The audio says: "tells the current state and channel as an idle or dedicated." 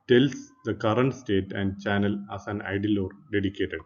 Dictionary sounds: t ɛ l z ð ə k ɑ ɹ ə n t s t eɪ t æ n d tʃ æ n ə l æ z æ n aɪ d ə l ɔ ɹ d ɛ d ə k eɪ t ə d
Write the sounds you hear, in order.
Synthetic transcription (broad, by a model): t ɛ l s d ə k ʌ ɹ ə n t s t eɪ t æ n d tʃ æ n ə l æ s æ n aɪ d ə l ɔ ɹ d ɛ d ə k eɪ t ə d